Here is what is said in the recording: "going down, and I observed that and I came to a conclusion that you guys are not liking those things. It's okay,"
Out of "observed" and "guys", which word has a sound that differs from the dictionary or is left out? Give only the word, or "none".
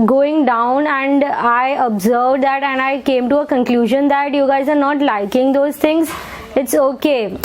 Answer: none